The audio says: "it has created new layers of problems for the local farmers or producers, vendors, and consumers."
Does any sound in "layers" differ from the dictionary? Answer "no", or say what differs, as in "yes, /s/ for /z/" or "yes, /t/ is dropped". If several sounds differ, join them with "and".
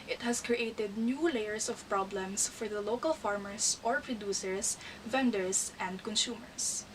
yes, /s/ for /z/